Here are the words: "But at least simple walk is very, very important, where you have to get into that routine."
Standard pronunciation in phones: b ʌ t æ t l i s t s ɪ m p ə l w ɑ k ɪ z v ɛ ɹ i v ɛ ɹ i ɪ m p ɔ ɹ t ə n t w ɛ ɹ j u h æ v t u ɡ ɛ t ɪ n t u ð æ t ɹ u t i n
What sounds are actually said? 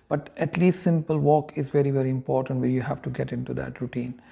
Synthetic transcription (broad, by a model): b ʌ t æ t l i s t s ɪ m p ə l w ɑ k ɪ z v ɛ ɹ i v ɛ ɹ i ɪ m p ɔ ɹ t ə n t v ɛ l j u h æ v t u ɡ ɛ t ɪ n t u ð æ t ɹ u t i n